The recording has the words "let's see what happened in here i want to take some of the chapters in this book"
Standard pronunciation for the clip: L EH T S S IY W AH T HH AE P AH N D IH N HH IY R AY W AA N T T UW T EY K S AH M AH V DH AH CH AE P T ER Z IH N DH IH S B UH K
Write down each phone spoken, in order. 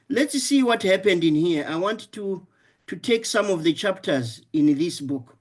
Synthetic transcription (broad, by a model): L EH T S S IY W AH T HH AE P AH N D IH N HH IY R AY W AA N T T UW T EY K S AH M AH V DH AH CH AE P T ER Z IH N DH IH S B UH K